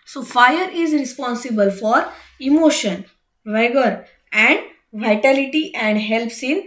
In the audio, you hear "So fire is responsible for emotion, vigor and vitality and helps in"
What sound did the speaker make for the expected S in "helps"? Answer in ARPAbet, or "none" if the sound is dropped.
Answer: S